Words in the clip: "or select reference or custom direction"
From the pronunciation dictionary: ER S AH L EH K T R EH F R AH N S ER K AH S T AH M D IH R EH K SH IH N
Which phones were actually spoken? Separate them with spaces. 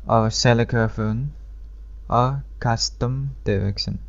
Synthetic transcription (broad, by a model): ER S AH L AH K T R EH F AH N ER K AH S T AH M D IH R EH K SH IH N